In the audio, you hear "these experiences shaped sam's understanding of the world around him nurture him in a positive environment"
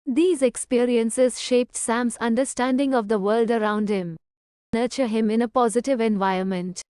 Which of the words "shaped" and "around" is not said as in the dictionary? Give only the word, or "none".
none